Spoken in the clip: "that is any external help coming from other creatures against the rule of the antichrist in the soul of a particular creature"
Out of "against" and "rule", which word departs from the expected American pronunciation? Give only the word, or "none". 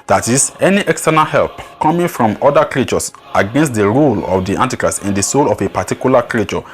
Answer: none